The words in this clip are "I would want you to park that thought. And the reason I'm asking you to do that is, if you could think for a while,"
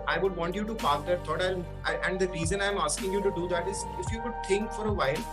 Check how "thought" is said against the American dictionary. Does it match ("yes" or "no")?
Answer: no